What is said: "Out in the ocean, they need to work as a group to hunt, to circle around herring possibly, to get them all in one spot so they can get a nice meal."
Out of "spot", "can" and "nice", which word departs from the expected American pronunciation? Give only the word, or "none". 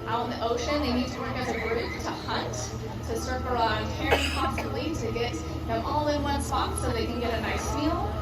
spot